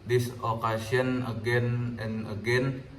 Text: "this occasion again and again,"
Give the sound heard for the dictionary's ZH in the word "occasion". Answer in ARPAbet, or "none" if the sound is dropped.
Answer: S